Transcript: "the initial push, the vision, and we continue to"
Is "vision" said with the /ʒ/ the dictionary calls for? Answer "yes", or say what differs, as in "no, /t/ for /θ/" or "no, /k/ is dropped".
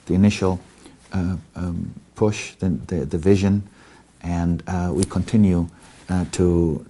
yes